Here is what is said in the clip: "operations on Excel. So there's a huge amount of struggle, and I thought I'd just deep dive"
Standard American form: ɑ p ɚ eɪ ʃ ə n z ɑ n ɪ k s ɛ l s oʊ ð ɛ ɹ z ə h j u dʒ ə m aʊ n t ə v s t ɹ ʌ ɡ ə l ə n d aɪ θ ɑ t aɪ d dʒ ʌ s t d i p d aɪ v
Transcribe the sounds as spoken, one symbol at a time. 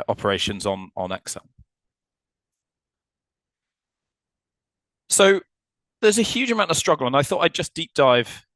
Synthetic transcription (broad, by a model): ɑ p ɚ eɪ ʃ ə n z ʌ n ɪ k s ɛ l s oʊ ð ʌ z ə h j u dʒ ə m aʊ t ə v s t ɹ ʌ ɡ ə l ə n aɪ θ ɑ t aɪ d dʒ ʌ s d i p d aɪ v